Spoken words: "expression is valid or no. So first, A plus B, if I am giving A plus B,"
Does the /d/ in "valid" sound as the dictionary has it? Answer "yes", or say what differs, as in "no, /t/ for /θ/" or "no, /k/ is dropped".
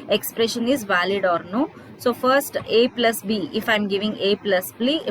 yes